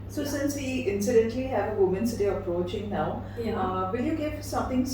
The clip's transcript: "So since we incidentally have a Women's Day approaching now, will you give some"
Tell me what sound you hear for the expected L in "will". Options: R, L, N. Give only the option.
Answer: N